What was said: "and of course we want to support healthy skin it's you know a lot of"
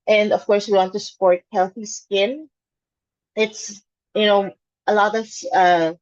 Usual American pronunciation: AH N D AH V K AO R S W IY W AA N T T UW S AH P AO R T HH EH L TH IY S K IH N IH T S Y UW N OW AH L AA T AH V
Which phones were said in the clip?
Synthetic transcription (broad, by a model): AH N D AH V K AO R S W IY W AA N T T UW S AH P AO R T HH EH L TH IY S K IH N IH T S Y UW N OW AH L AA T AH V